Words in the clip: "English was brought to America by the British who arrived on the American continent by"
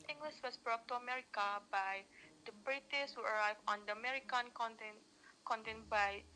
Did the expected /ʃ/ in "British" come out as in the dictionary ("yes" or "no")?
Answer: no